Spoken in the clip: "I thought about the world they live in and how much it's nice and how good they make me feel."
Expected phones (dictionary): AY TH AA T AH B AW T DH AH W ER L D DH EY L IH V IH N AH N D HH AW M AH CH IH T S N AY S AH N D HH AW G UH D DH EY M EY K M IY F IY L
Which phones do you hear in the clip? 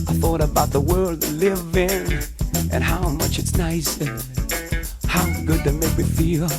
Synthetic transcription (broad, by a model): AY TH AA T AH B AW T DH AH W ER L D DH L IH V IH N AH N HH AW M AH CH IH T S N AY S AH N HH AW G UH D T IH M EY K M IY F IY L